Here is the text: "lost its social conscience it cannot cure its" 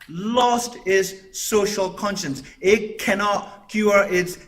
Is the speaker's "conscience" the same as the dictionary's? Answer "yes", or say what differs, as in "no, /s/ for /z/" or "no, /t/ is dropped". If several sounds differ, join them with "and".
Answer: yes